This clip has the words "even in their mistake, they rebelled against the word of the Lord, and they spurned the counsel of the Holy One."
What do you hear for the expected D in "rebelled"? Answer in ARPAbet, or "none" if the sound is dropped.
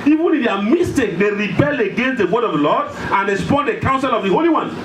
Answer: none